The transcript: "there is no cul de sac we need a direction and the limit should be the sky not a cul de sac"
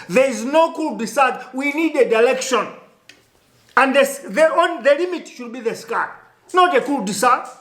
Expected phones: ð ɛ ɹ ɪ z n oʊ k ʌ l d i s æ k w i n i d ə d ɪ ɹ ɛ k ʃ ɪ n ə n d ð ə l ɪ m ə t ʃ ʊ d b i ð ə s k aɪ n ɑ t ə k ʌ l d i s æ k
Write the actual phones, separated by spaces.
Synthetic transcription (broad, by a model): ð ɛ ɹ ɪ z n oʊ k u l d i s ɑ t w i n i d ə d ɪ l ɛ k ʃ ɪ n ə n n ð ə l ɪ m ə t ʃ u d b i ð ə s k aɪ n ɑ t ə k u l d i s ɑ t